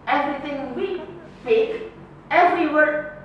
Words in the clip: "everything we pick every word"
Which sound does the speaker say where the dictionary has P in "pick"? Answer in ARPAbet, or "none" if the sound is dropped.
F